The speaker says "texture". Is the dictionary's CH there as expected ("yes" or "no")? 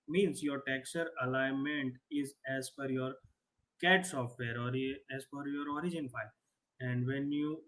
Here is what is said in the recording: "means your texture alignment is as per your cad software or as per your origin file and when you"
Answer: no